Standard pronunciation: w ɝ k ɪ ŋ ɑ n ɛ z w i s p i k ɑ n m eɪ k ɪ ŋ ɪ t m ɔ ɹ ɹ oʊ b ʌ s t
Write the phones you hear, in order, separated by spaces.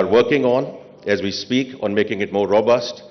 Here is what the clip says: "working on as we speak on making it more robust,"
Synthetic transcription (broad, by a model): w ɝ k ɪ ŋ ɑ n ɛ z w i s p i k ɑ n m eɪ k ɪ ŋ ɪ t m ɔ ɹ ɹ oʊ b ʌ s t